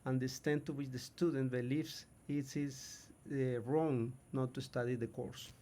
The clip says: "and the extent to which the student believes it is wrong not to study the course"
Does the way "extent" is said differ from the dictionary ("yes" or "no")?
yes